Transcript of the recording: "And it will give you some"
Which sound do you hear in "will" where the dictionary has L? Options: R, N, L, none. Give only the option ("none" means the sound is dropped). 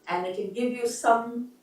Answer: N